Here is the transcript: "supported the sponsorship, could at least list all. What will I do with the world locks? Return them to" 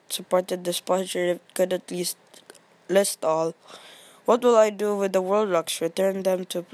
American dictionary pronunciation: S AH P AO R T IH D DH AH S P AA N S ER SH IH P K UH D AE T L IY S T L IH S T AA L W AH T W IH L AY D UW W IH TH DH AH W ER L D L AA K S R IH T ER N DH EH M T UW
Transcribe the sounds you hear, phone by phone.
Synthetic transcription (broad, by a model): S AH P AO R T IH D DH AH S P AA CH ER IH K UH D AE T L IY S T L IH S T AA L W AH T W IH L AY D UW W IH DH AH W ER L D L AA K S R IH T ER N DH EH M T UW